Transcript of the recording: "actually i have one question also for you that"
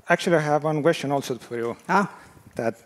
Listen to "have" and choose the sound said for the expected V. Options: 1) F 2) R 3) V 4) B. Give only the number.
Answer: 3